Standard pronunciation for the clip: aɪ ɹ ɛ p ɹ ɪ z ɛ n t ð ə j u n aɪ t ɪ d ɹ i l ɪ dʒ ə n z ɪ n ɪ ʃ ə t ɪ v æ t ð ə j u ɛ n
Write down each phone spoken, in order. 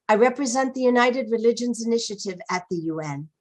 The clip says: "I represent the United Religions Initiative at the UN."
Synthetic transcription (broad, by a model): aɪ ɹ ɛ p ɹ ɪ z ɛ n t ð ə j u n aɪ t ɪ d ɹ i l ɪ dʒ ə n z ɪ n ɪ ʃ ə t ɪ v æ t ð ə j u ɛ n